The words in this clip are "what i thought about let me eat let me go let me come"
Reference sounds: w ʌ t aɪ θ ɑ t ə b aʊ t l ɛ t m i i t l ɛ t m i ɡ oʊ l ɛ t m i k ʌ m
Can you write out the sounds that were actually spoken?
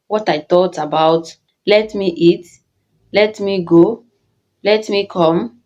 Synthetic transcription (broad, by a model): w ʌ t aɪ t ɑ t ə b aʊ t l ɛ t m i i t l ɛ t m i ɡ oʊ l ɛ t m i k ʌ m